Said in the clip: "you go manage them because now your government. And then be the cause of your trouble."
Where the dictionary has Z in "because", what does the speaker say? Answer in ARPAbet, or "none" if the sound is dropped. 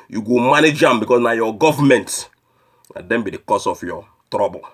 S